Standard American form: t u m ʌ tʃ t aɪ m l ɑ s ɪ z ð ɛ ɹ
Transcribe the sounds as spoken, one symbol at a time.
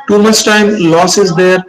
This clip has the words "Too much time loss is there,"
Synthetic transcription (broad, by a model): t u m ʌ s t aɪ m l ɑ s ɪ z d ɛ ɹ